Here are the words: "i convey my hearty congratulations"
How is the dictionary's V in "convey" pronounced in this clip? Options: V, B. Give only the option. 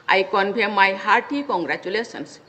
B